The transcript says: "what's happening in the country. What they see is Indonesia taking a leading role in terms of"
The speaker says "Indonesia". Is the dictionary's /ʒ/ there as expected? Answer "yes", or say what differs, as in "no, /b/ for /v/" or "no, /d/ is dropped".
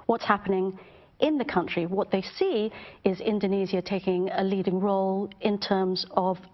no, /z/ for /ʒ/